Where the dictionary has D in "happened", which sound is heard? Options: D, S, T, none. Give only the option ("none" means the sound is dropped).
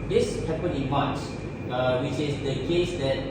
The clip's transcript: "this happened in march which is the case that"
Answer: none